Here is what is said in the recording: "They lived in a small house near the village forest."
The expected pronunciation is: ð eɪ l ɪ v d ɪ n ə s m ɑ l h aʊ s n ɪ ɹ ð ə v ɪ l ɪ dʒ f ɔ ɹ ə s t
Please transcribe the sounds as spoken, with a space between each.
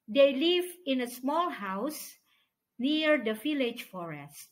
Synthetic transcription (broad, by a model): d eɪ l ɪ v ɪ n ə s m ɑ l h aʊ s n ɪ ɹ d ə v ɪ l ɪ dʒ f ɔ ɹ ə s t